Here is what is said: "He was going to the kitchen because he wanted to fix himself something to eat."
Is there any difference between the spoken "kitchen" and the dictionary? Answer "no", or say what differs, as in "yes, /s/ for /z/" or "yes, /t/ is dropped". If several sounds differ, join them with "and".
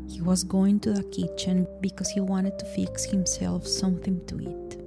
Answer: no